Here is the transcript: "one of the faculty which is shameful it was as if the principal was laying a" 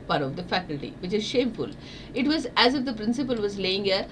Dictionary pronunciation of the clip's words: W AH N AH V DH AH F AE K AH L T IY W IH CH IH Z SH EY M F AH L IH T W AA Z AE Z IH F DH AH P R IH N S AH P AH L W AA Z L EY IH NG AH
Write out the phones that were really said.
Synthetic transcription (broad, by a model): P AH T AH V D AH F AE K AH L T IY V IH CH IH Z SH EY M F AH L IH T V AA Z AE Z IH F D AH P R IH N S AH P AH L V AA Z L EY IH NG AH